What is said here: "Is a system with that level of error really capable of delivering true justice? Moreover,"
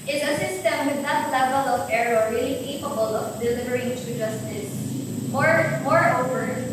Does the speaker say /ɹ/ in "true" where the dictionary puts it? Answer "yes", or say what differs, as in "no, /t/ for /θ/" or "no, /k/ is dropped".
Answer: no, /ɹ/ is dropped